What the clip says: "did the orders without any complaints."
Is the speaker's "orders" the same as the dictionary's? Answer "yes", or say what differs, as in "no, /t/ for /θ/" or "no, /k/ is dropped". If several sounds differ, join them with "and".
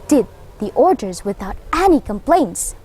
yes